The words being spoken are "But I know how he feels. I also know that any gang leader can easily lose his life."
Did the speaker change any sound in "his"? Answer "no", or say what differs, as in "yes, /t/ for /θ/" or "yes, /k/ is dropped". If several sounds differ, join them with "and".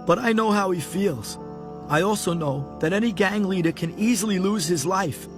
no